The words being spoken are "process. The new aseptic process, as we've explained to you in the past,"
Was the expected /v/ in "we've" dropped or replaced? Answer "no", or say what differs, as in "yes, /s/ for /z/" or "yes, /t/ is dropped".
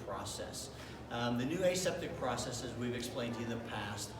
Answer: no